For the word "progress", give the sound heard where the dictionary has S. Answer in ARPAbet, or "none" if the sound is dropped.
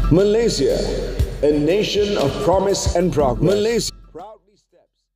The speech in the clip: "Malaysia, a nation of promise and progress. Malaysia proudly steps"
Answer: none